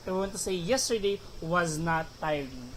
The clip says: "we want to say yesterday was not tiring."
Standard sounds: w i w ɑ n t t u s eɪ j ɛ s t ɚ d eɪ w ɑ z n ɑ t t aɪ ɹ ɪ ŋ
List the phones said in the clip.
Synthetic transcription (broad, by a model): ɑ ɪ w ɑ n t t u s eɪ j ɛ s t ɚ d eɪ w ɑ z n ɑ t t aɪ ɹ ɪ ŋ